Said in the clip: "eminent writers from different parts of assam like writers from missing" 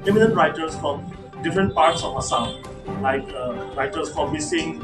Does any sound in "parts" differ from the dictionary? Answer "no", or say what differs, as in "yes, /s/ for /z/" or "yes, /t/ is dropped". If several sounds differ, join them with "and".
no